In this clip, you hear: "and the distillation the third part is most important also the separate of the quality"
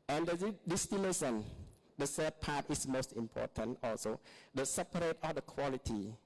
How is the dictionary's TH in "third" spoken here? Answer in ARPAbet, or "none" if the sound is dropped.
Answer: S